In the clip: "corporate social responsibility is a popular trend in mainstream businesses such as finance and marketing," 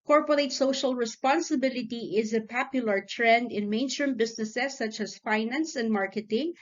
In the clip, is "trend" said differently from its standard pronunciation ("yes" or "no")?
no